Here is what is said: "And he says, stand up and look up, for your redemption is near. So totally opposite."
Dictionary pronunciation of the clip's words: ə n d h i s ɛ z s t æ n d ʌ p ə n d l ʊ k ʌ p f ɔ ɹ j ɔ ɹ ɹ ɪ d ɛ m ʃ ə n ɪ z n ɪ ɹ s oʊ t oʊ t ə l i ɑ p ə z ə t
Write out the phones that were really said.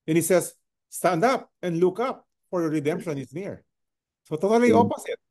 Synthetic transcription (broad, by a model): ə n h i s ɛ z s t æ n d ʌ p ə n d l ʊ k ʌ p f ɔ ɹ j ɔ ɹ ɹ ɪ d ɛ m ʃ ə n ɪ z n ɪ ɹ s oʊ t oʊ t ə l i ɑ p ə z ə t